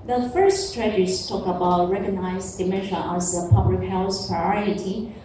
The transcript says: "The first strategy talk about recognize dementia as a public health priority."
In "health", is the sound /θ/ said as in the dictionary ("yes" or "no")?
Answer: no